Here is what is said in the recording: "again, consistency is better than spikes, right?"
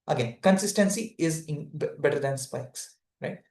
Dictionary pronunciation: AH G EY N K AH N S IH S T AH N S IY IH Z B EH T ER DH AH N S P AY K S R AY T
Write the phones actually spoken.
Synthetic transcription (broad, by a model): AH G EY N K AH N S IH S T AH N S IY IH Z B EH T ER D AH N S P AY K S R AY T